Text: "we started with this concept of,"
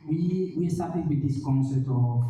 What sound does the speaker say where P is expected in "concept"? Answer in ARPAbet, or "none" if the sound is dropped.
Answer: none